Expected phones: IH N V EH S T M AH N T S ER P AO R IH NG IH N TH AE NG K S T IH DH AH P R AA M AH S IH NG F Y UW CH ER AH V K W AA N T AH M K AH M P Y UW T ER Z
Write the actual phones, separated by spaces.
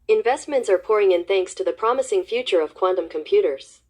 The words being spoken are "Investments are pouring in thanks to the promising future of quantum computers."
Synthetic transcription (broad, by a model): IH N V EH S T M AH N T S ER P AO R IH NG IH N TH AE NG K S T IH DH AH P R AA M AH S IH NG F Y UW CH ER AH V K W AA N T AH M K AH M P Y UW T ER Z